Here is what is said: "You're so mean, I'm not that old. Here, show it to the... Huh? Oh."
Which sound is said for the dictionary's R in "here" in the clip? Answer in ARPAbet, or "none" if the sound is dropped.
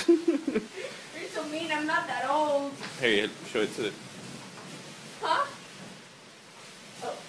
L